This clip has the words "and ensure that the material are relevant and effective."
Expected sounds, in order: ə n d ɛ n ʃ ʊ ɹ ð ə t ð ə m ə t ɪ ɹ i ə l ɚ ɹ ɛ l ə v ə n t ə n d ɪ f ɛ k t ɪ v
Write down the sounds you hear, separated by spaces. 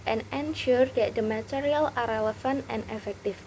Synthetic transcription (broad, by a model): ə n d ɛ n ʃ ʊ ɹ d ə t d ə m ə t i ɹ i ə l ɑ ɹ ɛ l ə f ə n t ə n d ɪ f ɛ k t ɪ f